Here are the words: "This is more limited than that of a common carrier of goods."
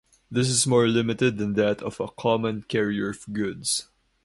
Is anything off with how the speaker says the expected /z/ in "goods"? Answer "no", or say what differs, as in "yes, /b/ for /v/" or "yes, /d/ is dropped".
yes, /s/ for /z/